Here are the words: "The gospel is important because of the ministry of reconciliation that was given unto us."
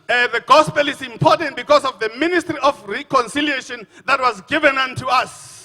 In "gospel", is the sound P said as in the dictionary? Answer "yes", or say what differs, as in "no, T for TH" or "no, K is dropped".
yes